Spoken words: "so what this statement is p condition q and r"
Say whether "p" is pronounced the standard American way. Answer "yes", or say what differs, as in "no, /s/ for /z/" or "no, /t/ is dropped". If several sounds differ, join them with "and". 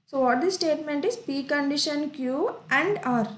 yes